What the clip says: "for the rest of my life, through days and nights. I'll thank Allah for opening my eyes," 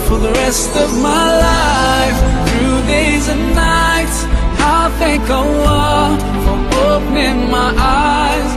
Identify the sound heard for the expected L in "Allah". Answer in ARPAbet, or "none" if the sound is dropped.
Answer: W